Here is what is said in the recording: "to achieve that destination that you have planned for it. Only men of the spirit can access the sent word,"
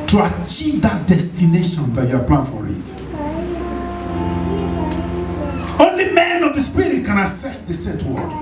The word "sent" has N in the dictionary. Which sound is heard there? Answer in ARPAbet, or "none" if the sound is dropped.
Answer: none